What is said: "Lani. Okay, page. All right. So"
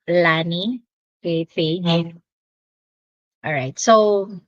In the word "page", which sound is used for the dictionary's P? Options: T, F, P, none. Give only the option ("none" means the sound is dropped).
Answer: F